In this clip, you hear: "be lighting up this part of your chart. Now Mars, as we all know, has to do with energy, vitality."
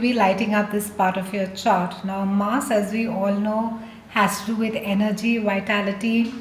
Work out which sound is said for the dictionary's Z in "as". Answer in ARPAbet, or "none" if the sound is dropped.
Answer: Z